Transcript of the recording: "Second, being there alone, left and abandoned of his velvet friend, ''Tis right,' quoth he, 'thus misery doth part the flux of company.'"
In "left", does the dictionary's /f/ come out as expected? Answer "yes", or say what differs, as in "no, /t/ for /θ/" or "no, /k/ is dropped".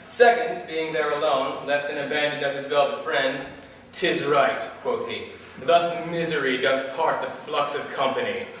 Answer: yes